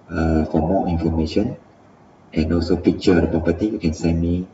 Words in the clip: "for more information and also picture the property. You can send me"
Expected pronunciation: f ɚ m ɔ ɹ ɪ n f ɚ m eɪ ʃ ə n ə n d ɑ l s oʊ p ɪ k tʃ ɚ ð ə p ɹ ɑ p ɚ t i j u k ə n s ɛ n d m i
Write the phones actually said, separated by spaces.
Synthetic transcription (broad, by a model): f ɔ m ɔ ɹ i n f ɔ m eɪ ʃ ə n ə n ɑ l s oʊ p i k tʃ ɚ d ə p ɑ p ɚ t i j u k ə n s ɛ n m i